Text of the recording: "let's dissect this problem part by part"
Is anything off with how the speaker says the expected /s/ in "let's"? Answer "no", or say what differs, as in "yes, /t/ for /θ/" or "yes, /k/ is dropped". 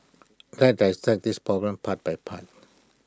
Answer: yes, /s/ is dropped